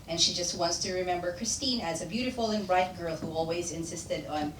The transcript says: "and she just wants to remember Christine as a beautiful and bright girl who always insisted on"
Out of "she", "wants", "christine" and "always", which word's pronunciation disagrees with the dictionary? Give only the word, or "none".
none